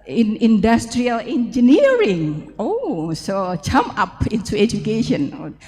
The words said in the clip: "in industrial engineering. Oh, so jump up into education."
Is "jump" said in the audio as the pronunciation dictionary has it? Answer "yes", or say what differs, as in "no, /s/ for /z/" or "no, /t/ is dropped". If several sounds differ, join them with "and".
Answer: no, /p/ is dropped